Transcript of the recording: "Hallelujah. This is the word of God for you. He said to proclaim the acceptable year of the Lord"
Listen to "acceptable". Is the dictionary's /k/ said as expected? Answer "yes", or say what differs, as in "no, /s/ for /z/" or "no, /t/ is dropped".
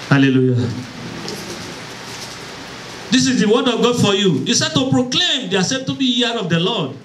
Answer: no, /k/ is dropped